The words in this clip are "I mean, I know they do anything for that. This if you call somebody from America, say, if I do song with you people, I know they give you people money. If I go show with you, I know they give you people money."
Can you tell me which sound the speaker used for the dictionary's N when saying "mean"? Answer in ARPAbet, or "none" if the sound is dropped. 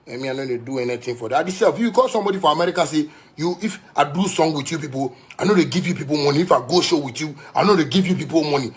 none